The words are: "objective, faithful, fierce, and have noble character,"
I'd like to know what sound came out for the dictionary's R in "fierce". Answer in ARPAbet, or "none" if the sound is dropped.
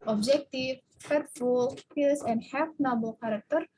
L